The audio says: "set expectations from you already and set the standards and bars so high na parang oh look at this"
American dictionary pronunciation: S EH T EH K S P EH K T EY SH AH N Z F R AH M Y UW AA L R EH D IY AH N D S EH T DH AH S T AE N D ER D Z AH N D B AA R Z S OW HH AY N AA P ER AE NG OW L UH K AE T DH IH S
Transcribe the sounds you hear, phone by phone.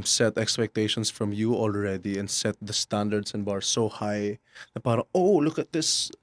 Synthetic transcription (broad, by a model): S EH T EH K S P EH K T EY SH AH N S F R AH M Y UW AA L R EH D IY AH N D S EH T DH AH S T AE N D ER D S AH N B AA R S OW HH AY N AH P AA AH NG OW L UH K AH T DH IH S